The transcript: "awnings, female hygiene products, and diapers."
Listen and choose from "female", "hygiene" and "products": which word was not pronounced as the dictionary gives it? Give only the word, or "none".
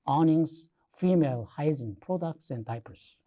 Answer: hygiene